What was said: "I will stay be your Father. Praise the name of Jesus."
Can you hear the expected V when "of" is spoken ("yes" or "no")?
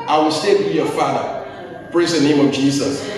yes